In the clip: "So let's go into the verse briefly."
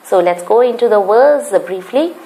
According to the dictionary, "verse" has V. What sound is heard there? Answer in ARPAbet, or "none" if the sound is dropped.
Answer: W